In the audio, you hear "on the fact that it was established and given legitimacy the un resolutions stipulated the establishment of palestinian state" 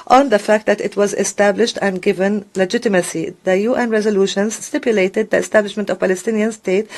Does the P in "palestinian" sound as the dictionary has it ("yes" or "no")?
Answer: yes